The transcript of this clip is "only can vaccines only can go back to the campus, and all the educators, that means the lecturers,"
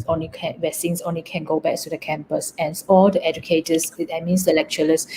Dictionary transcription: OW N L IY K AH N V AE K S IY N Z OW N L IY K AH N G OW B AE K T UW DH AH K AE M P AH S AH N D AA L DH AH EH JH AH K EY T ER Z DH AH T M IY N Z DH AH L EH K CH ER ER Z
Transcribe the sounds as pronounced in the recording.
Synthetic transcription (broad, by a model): OW N L IY K AH N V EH S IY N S OW N L IY K AH N G OW B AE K T UW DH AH K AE M P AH S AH N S AA L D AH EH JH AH K EY T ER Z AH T M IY N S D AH L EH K CH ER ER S